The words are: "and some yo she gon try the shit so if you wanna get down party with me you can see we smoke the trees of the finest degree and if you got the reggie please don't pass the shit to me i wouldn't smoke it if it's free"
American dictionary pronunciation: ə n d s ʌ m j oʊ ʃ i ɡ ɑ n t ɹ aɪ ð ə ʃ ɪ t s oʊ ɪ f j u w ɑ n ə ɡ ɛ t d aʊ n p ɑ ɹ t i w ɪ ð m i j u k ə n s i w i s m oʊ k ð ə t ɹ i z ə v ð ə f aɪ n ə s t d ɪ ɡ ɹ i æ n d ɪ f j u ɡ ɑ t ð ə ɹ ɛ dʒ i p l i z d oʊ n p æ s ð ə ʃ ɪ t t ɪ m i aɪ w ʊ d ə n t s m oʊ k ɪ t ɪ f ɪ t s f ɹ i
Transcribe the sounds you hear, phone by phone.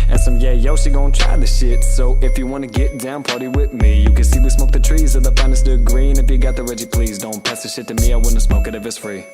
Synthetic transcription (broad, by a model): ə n s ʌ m j oʊ s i ɡ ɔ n t ɹ aɪ ð ə ʃ ɪ t s oʊ ɪ f j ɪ w ɑ n ə ɡ ɛ t d aʊ n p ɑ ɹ t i w ɪ ð m i j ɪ k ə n s i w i s m oʊ k ð ə t ɹ i z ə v ð ə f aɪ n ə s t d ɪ ɡ ɹ i n ɪ f j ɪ ɡ ɑ t ð ə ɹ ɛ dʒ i p l i z d oʊ n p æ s ð ə ʃ ɪ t t ɪ m i aɪ w ʊ d n t s m oʊ k ɪ t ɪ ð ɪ s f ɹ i